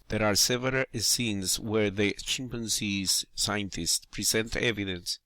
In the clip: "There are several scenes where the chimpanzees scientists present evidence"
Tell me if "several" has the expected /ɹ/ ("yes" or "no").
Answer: no